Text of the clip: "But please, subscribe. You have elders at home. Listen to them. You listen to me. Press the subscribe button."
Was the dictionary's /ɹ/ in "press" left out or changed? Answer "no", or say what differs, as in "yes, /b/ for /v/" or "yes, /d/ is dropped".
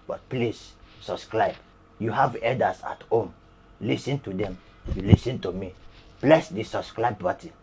yes, /l/ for /ɹ/